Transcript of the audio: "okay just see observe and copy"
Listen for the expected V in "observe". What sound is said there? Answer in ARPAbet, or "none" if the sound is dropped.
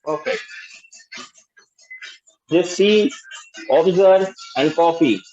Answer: none